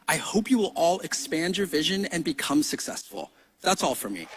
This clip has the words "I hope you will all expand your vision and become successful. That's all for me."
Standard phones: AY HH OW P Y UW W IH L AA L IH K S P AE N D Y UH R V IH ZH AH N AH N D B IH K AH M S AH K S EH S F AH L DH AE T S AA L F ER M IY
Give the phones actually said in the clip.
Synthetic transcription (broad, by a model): AY HH OW P Y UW W IH L AA L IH K S P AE N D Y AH R V IH ZH AH N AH N B IH K AH M S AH K S EH S F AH L DH AE T S AA L F ER M IY